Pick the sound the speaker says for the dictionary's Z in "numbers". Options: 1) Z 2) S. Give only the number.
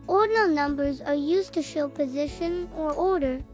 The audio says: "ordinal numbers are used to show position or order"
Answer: 1